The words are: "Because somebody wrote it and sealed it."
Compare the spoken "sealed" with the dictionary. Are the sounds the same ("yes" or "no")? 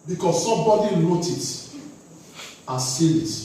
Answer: no